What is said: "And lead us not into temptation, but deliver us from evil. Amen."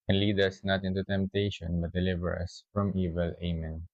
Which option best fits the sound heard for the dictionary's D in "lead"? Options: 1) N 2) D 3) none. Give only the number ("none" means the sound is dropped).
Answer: 2